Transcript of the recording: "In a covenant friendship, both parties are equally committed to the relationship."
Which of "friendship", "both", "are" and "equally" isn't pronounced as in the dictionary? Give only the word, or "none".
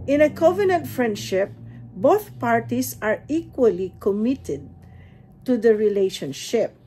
none